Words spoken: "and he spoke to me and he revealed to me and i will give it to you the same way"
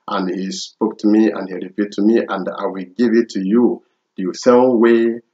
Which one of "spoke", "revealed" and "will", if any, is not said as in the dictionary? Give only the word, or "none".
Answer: revealed